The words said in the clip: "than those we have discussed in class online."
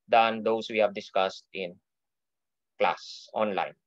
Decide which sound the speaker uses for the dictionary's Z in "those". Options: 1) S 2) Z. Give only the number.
1